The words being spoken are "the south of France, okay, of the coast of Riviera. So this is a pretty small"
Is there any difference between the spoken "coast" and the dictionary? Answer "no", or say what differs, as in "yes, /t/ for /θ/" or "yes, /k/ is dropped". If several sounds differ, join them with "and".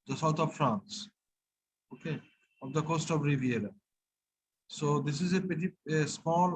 no